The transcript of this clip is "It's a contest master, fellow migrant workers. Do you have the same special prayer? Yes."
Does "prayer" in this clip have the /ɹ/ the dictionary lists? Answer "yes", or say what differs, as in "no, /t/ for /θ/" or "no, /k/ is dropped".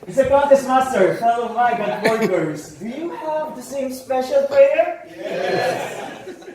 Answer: no, /l/ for /ɹ/